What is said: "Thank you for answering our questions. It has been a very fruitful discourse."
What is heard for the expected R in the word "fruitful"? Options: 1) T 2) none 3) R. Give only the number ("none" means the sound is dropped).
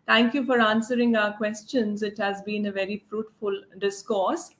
3